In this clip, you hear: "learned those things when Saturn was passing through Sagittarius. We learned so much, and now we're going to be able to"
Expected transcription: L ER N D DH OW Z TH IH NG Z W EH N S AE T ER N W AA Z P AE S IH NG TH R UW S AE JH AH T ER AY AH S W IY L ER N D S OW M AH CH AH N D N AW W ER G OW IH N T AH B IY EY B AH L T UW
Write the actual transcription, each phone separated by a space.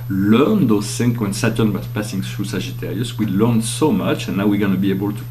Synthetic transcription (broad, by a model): L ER N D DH OW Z S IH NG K W EH N S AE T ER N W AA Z P AE S IH NG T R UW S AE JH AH T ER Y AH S W IY L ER N S OW M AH CH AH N N AW W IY G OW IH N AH B IY EY B AH L T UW